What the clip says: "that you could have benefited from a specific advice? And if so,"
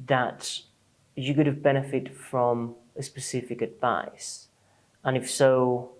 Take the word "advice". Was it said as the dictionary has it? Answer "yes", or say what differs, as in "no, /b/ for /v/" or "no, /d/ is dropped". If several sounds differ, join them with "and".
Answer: yes